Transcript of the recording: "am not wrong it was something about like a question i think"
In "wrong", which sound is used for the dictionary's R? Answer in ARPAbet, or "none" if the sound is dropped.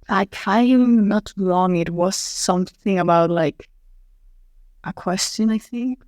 L